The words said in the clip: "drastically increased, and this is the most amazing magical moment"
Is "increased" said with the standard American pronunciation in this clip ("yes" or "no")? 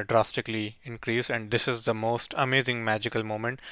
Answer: no